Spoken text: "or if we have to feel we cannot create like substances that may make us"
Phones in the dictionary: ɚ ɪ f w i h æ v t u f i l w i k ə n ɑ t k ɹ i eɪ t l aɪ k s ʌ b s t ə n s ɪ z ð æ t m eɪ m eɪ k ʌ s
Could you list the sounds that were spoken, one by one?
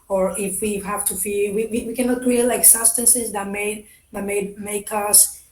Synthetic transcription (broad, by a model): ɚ ɪ f w i h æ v t u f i w w i k ə n ɑ t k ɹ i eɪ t l aɪ k s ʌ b s t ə n s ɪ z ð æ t m eɪ m eɪ k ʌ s